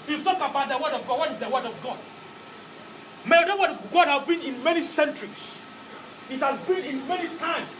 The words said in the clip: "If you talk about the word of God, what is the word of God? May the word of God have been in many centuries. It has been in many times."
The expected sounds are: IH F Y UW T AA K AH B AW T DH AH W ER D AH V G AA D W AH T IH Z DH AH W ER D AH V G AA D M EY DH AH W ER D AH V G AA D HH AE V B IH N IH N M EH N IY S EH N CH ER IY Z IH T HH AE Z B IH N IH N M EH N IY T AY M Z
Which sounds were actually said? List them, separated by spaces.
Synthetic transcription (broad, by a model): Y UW T AA K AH B AW T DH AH W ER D AH V G AA D W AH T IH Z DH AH W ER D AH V G AA D M EY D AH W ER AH G AA D HH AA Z B IH N IH N M EH N IY S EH N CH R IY S IH T HH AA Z B IH N IH N M EH N IY T AY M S